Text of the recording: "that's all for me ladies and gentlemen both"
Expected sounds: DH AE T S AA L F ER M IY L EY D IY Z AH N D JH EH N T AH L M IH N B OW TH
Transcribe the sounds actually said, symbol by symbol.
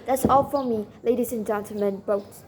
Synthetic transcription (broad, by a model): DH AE T S AA L F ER M IY L EY D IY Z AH N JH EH N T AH M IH N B OW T